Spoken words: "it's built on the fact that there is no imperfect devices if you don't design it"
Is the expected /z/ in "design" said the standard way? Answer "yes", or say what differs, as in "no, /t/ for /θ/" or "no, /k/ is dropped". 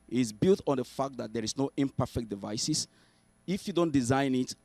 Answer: yes